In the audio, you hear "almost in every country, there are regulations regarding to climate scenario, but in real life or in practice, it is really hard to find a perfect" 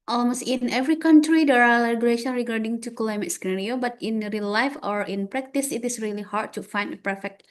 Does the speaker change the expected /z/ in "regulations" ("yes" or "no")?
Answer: yes